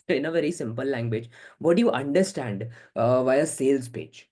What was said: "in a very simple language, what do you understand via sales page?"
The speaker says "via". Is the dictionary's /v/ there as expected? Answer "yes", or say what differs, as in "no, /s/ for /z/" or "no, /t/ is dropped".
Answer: yes